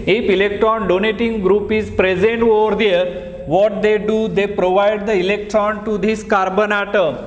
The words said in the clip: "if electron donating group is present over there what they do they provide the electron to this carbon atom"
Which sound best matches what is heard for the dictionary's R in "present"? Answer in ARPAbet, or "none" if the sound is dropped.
R